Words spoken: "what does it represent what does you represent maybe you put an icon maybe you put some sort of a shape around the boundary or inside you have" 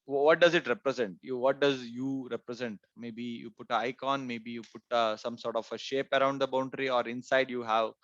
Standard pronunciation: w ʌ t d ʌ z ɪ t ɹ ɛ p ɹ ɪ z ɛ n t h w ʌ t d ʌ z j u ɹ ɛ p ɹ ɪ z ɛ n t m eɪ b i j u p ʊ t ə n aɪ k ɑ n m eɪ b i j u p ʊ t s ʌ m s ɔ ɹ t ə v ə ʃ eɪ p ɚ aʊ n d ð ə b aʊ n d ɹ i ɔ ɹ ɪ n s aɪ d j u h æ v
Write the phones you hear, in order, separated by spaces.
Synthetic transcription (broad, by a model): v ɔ t d ʌ z ɪ t ɹ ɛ p ɹ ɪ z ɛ n t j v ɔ t d ʌ z j u ɹ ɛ p ɹ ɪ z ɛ n t m eɪ b i j u p ʊ t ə aɪ k ɑ n m eɪ b i j u p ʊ t s ʌ m s ɔ ɹ t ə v ə ʃ eɪ p ɚ aʊ n d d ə b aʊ n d ɹ i ɔ ɹ ɪ n s aɪ d j u h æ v